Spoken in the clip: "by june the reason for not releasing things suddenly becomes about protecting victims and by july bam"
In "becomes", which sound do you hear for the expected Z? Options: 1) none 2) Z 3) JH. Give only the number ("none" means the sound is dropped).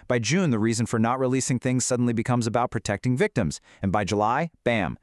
2